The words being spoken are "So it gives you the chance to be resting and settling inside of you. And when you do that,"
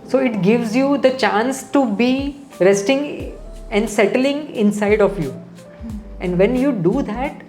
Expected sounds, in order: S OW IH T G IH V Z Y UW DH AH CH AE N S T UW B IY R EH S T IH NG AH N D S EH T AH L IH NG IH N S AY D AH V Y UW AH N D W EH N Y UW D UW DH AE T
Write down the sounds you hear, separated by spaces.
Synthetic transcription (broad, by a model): S OW IH T G IH V Z Y UW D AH CH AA N S T UW B IY R EH S T IH NG AH N D S EH T AH L IH NG IH N S AY D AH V Y UW AH N D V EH N Y UW D UW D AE T